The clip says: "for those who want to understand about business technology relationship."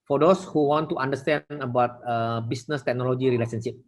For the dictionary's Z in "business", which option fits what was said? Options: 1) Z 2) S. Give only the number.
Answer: 2